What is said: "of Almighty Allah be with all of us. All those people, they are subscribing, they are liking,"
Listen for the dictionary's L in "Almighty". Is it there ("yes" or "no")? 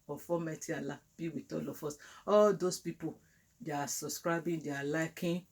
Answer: no